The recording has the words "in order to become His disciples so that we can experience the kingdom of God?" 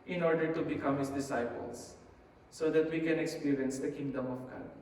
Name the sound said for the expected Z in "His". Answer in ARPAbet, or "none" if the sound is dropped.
S